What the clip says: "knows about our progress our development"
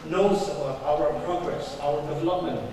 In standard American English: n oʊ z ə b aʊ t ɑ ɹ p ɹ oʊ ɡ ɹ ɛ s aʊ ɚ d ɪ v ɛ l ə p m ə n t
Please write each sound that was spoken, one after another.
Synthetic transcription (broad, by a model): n oʊ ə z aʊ ʌ ɹ p ɹ oʊ ɡ ɹ ɛ s aʊ ɚ d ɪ v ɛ l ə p m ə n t